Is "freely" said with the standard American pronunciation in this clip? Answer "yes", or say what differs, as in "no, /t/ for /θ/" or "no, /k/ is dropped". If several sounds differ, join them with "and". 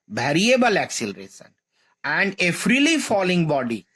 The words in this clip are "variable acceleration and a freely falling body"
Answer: yes